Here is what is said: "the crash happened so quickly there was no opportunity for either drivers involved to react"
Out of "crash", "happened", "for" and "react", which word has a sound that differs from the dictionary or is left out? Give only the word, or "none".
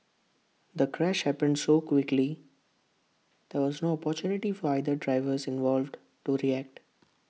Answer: none